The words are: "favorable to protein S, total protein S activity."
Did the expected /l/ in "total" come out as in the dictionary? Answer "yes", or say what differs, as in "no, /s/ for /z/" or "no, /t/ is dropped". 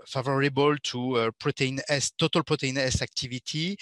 yes